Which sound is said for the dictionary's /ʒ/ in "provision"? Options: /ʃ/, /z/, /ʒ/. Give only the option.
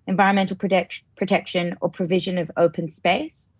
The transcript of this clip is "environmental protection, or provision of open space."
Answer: /ʒ/